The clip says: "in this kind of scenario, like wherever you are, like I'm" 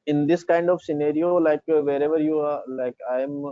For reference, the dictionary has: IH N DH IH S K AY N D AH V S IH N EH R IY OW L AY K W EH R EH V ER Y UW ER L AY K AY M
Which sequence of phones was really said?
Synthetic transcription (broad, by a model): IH N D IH S K AY N D AH V S IH N EH R IY OW L AY K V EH R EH V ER Y UW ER L AY K AY M